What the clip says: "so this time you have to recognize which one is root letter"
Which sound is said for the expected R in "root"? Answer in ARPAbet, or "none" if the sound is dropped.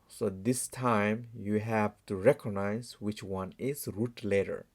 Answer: R